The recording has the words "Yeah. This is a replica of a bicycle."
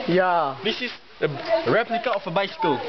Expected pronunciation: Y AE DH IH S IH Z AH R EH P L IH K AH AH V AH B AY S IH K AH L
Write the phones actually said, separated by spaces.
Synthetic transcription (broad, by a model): Y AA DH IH S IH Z AH R EH P L IH K AH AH F AH B AY S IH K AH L